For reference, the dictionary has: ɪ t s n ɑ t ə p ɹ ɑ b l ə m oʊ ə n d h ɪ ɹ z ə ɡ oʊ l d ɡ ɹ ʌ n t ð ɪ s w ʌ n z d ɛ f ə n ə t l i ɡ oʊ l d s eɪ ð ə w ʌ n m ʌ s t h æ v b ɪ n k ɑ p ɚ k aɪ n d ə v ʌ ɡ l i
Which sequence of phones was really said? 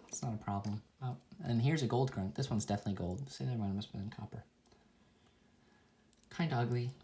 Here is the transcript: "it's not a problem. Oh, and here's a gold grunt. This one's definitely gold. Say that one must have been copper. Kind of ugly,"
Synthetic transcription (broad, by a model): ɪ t s n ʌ t ə p ɹ ɑ b l ə m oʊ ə n h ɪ ɹ z ə ɡ oʊ l d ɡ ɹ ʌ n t ð ɪ s w ʌ n z d ɛ f ə n ə t l i ɡ oʊ l d s eɪ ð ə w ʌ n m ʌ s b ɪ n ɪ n k ɑ p ɚ k aɪ n d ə ʌ ɡ l i